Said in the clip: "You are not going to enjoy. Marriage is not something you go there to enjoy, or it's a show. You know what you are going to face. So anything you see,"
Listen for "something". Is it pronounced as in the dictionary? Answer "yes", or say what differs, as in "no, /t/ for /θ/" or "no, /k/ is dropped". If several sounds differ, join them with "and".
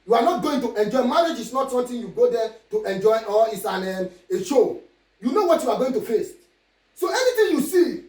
no, /t/ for /θ/